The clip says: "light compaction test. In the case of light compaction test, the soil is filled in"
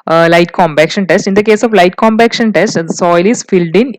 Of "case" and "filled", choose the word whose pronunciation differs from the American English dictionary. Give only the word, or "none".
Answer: none